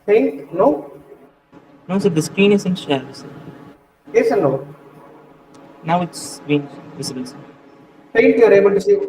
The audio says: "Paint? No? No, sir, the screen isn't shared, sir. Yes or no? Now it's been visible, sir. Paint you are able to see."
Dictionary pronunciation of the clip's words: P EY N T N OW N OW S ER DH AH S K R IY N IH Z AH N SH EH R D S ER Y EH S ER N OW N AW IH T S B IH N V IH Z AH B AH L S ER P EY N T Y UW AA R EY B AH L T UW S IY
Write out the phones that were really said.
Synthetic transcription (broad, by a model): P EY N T N OW N OW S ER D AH S K R IY N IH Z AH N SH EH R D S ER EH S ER N OW N AW IH T S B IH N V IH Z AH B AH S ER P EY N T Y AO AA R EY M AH N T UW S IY